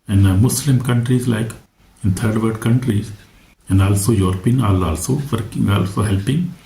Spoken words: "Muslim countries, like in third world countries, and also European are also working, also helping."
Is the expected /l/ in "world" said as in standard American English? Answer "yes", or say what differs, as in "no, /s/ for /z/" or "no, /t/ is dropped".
no, /l/ is dropped